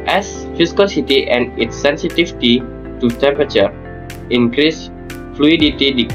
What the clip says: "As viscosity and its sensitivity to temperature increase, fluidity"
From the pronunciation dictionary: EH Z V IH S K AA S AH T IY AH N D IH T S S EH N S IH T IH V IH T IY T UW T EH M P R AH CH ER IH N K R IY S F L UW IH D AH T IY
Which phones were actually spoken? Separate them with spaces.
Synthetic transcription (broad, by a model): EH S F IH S K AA S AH T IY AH N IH T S S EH N S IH T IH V T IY T UW T EH M P R AH CH ER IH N K R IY S F L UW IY D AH T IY